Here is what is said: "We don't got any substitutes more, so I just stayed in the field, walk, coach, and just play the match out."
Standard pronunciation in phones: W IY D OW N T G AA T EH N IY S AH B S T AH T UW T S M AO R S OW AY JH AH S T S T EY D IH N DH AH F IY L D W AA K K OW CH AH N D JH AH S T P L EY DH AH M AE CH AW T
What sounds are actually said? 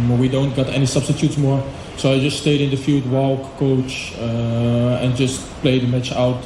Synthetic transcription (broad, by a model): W IY D OW N T G AA T EH N IY S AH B S T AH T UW T S M AO R S OW AY JH AH S T S T EY D IH N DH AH F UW D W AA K K OW CH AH N JH AH S T P L EY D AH M AE CH AW T